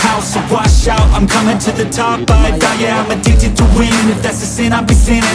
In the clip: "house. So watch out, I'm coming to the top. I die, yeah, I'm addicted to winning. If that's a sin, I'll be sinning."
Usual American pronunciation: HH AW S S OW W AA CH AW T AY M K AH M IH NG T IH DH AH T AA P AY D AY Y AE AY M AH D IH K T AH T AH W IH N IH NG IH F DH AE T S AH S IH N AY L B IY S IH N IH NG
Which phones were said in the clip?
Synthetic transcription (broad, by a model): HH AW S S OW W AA SH AW T AY M K AH M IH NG T IH DH AH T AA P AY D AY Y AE AY M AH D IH T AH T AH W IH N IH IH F DH AE T S AH S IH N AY B IY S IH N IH